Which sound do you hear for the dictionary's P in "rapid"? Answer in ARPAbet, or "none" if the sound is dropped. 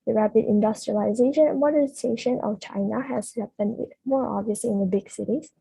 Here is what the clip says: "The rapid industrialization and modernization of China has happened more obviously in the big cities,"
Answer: P